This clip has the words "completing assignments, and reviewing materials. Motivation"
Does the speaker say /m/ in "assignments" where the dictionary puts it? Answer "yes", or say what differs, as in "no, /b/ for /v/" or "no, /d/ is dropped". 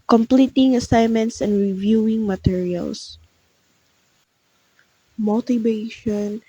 yes